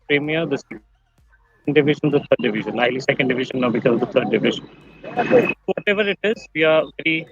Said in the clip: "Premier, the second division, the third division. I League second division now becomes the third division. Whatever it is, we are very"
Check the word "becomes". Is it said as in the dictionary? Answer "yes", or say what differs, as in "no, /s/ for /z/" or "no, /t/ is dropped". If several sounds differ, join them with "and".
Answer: no, /m/ is dropped